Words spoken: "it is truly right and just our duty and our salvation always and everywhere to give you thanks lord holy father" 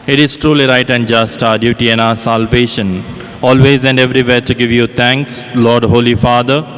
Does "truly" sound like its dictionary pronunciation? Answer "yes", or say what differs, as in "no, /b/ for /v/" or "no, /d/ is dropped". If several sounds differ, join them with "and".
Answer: yes